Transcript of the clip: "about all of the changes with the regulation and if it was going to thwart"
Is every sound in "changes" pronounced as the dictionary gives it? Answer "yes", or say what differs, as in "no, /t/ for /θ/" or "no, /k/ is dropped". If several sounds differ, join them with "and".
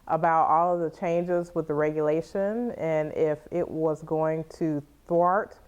yes